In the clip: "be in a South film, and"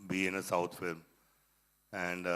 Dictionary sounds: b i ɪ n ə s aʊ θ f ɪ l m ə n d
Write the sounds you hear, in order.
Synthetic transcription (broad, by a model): b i ɪ n ə s aʊ t f ɪ l m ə n d